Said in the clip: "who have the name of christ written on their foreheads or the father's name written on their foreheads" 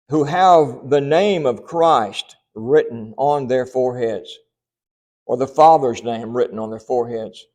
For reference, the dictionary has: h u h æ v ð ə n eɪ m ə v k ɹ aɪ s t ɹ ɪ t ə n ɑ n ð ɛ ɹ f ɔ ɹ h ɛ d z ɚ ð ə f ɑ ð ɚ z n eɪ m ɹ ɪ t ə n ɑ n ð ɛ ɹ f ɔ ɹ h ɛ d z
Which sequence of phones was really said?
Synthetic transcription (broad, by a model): h u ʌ v ð ə n eɪ m ə v k ɹ aɪ s t ɹ ɪ t n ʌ n ð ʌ ɹ f ɔ ɹ h ɛ d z ɚ ð ə f ɑ ð ɚ z n eɪ m ɹ ɪ t n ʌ n ð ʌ ɹ f ɔ ɹ h ɛ d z